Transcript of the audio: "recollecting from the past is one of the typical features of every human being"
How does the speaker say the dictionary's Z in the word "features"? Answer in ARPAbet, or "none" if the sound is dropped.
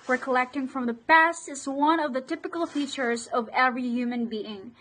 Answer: Z